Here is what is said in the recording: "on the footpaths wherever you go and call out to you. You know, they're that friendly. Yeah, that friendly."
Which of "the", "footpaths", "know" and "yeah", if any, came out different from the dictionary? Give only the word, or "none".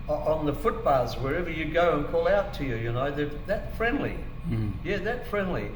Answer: footpaths